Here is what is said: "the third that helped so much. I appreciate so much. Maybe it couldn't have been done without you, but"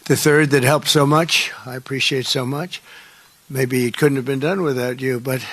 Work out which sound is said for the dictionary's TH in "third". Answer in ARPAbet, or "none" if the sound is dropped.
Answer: TH